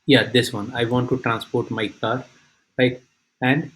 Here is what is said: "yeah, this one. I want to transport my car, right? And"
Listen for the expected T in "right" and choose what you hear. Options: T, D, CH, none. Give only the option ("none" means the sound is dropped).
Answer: none